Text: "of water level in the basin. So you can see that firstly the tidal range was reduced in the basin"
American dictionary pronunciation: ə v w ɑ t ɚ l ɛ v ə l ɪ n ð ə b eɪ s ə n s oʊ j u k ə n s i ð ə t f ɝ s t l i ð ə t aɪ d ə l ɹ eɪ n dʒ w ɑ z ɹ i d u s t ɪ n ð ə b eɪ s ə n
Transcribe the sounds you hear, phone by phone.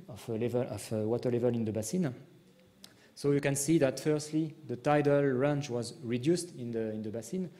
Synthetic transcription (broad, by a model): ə v w ɑ t ɚ l ɛ v ə l ɪ n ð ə b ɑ s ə n s oʊ j u k ə n s i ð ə t f ɝ s t l i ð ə t aɪ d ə l ɹ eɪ n tʃ w ɑ z ɹ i d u s t ɪ n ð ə b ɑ s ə n